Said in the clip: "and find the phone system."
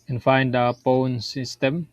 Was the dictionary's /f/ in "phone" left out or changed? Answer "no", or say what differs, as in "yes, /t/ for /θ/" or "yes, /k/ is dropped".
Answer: yes, /p/ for /f/